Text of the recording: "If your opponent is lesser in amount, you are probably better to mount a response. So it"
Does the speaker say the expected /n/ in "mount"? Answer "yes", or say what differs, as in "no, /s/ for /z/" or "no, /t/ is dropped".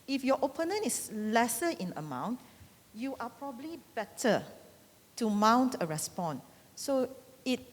yes